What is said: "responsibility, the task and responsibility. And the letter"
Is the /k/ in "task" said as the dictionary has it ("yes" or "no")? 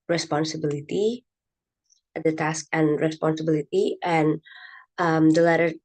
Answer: yes